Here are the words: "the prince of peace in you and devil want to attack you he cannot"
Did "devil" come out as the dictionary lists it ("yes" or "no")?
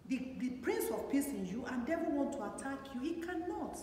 no